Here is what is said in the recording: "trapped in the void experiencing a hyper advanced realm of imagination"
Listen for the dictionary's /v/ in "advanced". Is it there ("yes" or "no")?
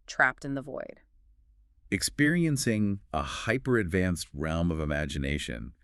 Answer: yes